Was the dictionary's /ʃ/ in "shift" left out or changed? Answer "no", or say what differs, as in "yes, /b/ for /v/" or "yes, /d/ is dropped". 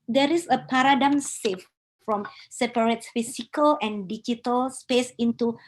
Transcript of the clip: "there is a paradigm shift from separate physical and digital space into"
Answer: yes, /s/ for /ʃ/